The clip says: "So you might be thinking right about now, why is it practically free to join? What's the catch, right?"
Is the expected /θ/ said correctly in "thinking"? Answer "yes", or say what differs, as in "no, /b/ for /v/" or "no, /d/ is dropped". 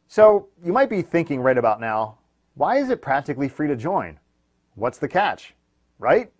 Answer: yes